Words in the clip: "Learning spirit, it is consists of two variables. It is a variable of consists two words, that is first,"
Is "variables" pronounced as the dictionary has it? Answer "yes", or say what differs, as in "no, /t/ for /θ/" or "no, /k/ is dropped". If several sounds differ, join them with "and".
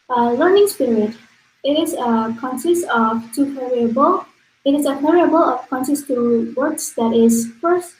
no, /p/ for /v/ and /z/ is dropped